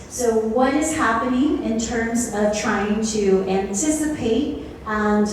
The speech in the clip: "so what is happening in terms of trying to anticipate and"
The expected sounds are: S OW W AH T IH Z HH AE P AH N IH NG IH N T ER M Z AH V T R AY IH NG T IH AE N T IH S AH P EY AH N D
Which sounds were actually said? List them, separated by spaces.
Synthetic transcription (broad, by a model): S OW W AH T IH Z HH AE P AH N IH NG IH N T ER M Z AH V T R AY IH NG T IH AE N T IH S AH P EY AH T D